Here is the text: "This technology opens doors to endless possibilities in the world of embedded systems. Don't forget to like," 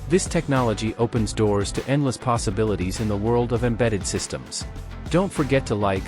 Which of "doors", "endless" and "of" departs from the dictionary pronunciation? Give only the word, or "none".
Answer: none